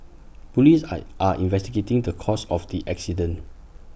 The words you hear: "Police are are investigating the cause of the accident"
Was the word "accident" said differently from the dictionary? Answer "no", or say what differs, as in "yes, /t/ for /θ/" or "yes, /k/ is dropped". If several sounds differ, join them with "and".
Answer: yes, /t/ is dropped